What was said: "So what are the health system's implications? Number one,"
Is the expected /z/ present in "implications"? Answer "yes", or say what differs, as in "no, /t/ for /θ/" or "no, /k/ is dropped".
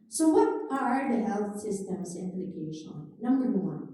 no, /z/ is dropped